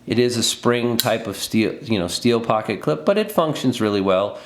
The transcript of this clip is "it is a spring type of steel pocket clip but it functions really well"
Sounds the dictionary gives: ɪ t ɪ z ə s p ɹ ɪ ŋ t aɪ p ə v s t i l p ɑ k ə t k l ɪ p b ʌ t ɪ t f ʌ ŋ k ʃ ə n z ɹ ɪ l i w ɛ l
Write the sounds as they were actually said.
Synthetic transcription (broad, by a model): ɪ t ɪ z ə s p ɹ ɪ ŋ t aɪ p ə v s t i l p ɑ k ə t k l ɪ p b ʌ t ɪ t f ʌ ŋ k ʃ ə n z ɹ ɪ l i w ɛ l